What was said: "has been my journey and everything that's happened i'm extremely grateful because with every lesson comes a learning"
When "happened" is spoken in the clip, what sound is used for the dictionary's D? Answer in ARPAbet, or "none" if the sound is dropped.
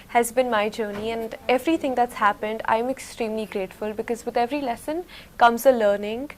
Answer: D